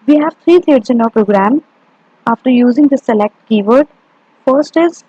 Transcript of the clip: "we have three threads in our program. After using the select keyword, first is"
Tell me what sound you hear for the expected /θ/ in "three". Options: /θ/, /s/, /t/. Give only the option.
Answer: /t/